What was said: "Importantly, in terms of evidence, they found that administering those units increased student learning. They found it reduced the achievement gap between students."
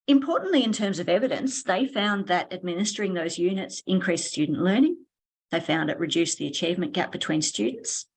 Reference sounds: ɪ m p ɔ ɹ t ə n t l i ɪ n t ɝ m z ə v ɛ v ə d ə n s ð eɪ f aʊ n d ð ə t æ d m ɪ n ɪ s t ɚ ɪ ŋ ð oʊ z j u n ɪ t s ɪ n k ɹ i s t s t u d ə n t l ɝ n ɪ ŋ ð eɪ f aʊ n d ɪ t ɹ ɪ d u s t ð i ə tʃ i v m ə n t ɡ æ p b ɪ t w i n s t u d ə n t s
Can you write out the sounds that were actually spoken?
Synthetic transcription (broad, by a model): ɪ m p ɔ ɹ t n t l i ɪ n t ɝ m z ə v ɛ v ə d ə n s ð eɪ f aʊ n ð ə t æ d m ɪ n ɪ s t ɚ ɪ ŋ ð oʊ z j u n ɪ t s ɪ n k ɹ i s s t u d n t l ɝ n ɪ ŋ ð eɪ f aʊ n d ɪ t ɹ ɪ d u s ð i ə tʃ i v m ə n ɡ æ p b ɪ t w i n s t u d n t s